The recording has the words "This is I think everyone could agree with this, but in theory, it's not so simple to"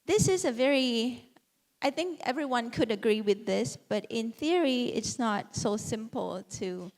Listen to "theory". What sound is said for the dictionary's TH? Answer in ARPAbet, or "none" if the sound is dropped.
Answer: TH